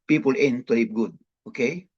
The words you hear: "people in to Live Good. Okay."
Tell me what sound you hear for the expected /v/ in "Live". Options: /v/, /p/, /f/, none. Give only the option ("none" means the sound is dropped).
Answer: /p/